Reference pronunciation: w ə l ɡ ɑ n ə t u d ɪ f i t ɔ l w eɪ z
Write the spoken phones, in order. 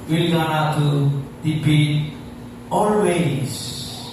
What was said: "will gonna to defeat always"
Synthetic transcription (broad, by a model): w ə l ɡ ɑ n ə t u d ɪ p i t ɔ l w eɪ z